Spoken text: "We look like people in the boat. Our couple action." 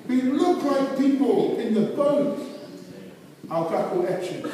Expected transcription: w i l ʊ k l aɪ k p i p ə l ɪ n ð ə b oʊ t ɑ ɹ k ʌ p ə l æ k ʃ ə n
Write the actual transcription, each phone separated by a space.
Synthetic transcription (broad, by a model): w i l ʊ k l aɪ k p i p ə l ɪ n ð ə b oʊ t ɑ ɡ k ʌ ə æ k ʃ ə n